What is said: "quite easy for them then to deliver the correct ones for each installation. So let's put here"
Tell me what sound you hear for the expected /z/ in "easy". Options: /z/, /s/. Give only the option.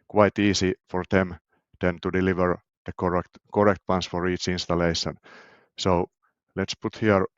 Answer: /s/